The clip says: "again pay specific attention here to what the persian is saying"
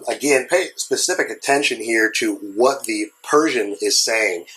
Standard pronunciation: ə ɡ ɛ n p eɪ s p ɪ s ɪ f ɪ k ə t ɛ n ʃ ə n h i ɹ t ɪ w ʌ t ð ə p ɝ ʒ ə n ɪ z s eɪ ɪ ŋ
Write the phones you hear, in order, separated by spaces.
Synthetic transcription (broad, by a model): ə ɡ ɛ n p eɪ s p ɪ s ɪ f ɪ k ə t ɛ n ʃ ə n h i ɹ t ɪ w ʌ t ð ə p ɝ ʒ ə n ɪ z s eɪ ɪ ŋ